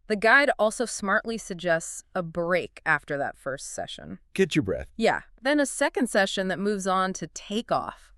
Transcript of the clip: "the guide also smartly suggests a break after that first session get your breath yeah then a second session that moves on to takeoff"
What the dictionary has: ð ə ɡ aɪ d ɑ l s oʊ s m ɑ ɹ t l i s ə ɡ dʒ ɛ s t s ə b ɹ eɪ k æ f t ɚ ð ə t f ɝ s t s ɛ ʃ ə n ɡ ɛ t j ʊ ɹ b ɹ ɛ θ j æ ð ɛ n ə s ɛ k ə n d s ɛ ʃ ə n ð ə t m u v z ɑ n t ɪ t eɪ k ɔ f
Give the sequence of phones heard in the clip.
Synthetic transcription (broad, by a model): ð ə ɡ aɪ d ɑ l s oʊ s m ɑ ɹ t l i s ə ɡ dʒ ɛ s t s ə b ɹ eɪ k æ f t ɚ ð ə t f ɝ s t s ɛ ʃ ə n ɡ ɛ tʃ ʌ ɹ b ɹ ɛ θ j æ ð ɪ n ə s ɛ k ə n d s ɛ ʃ ə n ð ə t m u v z n t ɪ t eɪ k ɔ f